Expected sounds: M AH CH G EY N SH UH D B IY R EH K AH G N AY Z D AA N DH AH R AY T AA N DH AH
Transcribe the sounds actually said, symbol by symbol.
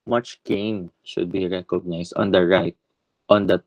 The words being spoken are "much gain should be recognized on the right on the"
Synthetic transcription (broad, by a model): M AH CH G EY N SH UH D B IY R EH K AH G N AY S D AA N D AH R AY T AA N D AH